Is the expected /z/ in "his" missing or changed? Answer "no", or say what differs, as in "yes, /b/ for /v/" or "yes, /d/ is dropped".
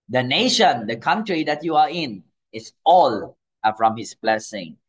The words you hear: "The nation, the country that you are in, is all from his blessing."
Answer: yes, /s/ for /z/